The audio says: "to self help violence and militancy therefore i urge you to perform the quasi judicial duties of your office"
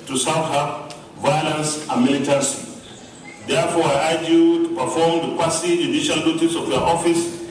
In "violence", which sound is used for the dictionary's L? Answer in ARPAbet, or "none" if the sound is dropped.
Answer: L